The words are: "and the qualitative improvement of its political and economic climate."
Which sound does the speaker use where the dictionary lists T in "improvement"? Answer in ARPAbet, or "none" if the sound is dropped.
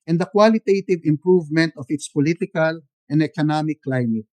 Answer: T